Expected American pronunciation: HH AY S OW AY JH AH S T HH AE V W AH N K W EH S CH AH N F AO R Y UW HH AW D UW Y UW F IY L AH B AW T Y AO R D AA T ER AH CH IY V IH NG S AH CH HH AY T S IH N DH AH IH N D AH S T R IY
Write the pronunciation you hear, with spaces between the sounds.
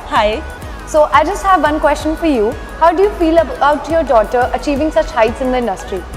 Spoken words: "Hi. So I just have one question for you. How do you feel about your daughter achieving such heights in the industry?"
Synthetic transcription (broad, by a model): HH AY S OW AY JH AH S T HH AE V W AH N K W EH S CH AH N F AO R Y UW HH AW D UW Y UW F IY L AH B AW T Y AO R D AA T ER AH CH IY V IH NG S AH CH HH AY T S IH N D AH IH N D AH S T R IY